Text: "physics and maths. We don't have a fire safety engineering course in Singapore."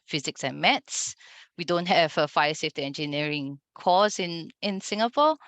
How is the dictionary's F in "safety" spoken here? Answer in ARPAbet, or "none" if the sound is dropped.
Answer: F